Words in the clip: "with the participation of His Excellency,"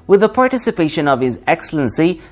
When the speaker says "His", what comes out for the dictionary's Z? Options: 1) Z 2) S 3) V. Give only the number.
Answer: 1